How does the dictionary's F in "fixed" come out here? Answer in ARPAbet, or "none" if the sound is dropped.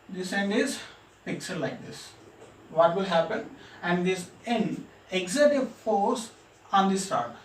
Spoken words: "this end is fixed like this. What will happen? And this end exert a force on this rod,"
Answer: P